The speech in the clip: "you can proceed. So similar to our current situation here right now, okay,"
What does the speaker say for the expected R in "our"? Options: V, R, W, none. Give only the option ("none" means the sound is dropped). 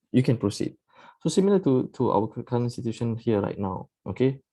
W